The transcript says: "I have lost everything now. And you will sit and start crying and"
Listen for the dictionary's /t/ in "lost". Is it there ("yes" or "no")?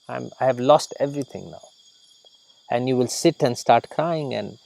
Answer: yes